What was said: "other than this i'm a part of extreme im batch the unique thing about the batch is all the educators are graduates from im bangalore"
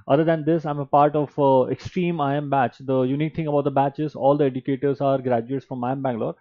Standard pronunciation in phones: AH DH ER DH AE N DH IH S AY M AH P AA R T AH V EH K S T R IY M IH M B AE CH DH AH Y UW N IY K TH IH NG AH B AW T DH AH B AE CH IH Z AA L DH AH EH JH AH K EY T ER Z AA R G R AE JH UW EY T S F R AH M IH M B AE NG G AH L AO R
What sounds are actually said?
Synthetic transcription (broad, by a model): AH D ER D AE N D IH S AY M AH P AA R T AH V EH K S T R IY M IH M B AE CH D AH Y UW N IY K T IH NG AH B AW T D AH B AE CH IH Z AA L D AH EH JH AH K EY T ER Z AA R G R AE JH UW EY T F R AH M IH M B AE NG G L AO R